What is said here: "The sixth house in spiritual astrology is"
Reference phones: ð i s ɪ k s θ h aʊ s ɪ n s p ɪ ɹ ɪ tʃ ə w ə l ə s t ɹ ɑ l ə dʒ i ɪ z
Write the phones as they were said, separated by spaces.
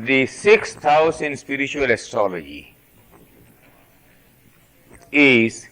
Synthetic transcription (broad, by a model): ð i s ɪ k s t aʊ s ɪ n s p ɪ ɹ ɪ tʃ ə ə l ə s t ɑ l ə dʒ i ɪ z